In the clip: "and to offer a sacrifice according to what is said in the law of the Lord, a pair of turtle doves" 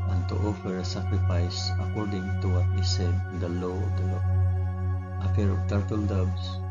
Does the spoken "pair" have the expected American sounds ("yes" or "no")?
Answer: no